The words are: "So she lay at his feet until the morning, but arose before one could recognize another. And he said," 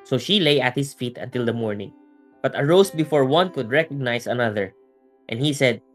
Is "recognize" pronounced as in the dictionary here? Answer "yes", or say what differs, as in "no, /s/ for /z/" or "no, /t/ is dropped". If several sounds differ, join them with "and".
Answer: no, /s/ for /z/